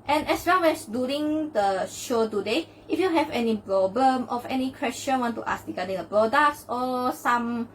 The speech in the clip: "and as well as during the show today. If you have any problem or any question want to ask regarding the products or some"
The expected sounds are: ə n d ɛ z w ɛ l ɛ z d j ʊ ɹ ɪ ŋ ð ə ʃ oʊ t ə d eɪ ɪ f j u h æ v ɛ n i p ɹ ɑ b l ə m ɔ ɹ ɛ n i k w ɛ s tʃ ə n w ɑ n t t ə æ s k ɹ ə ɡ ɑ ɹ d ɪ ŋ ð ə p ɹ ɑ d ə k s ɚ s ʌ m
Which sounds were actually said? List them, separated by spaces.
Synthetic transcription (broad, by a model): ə n ɛ s w ɛ l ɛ s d j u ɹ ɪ ŋ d ə ʃ oʊ t ə d eɪ ɪ f j u h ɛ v ɛ n i p ɹ ɑ b l ə m ɔ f ɛ n i k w ɛ s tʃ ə n w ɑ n t t ə s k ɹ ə ɡ ɑ d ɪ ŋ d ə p ɹ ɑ d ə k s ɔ s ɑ m